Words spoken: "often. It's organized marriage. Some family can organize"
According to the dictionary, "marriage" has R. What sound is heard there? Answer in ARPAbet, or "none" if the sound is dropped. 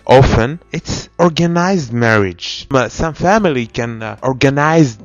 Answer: R